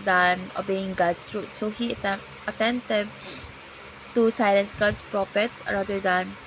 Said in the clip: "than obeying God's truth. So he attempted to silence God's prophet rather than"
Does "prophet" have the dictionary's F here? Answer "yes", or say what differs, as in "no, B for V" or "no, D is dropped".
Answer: no, P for F